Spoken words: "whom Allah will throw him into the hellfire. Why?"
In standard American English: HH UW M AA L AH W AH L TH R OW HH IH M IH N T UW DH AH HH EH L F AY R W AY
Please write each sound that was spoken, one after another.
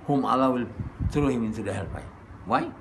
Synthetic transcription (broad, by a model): HH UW M AA L AH W AH L S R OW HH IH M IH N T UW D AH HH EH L P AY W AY